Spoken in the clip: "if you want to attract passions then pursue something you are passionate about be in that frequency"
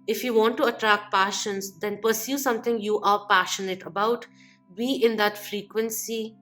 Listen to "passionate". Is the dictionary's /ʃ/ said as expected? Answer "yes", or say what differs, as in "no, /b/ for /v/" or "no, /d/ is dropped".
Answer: yes